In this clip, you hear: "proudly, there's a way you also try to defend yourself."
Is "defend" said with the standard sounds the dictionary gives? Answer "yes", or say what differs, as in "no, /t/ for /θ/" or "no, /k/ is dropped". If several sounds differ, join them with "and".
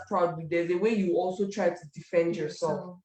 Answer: yes